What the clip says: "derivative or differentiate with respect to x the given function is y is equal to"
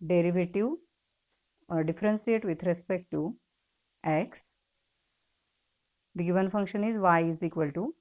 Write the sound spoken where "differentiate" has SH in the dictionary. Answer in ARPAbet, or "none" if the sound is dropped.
S